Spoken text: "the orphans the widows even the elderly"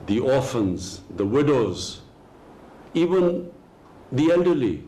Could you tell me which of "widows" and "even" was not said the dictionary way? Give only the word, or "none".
none